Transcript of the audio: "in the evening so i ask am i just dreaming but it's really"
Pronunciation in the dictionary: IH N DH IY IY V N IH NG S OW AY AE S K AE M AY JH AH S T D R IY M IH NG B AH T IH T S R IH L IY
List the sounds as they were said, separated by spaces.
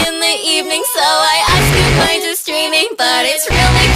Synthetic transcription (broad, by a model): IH N DH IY IY V N IH NG S OW AY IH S IY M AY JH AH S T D R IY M IH NG B AH T IH T S R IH L IY